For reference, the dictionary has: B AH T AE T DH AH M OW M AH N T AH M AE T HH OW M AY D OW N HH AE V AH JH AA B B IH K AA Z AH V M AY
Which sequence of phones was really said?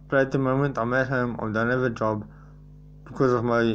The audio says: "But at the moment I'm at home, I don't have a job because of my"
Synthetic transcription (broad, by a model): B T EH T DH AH M OW M AH N T AH M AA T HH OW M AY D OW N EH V AH JH AA B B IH K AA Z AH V M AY